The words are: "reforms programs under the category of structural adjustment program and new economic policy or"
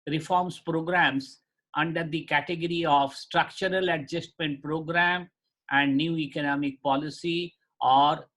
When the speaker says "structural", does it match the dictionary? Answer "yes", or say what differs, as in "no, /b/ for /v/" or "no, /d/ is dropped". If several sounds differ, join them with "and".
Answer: yes